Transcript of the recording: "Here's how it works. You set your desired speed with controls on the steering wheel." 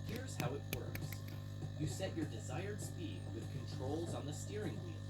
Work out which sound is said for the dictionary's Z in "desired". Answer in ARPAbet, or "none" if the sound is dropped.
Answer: Z